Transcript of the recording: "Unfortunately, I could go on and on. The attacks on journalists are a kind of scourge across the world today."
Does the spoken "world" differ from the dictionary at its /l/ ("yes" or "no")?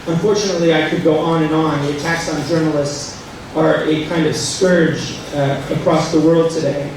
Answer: no